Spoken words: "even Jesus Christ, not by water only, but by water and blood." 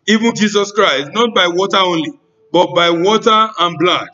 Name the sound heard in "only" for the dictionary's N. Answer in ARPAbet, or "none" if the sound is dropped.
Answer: N